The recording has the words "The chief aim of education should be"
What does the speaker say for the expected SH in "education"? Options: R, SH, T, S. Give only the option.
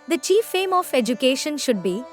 SH